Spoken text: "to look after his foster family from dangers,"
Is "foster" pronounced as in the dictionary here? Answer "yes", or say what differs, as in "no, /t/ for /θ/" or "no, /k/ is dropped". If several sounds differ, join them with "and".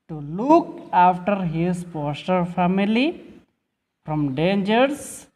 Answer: no, /p/ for /f/